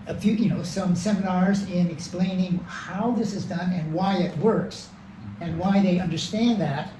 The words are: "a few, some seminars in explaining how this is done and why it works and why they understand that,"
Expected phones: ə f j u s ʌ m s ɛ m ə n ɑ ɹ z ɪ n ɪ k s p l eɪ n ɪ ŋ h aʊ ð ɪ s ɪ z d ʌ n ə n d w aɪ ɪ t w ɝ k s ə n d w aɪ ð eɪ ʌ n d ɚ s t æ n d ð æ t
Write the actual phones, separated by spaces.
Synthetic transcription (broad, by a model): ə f j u s ʌ m s ɛ m ə n ɑ ɹ z ɪ n ɪ k s p l eɪ n ɪ ŋ h aʊ ð ɪ s ɪ z d ʌ n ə n w aɪ ɪ t w ɝ k s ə n w aɪ ð eɪ ʌ n d ɚ s t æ n ð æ t